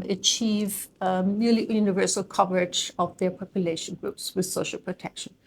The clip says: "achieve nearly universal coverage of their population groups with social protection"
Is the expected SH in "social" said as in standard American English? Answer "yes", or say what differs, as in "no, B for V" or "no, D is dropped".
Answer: yes